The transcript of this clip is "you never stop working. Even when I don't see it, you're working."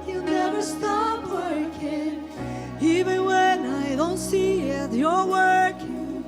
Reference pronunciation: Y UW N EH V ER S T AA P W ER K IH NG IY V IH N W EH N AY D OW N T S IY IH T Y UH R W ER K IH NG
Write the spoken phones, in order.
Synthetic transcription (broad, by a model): Y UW N EH V ER S T AA P W ER K IH NG IY V IH N W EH N AY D OW N T S IY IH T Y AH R W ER K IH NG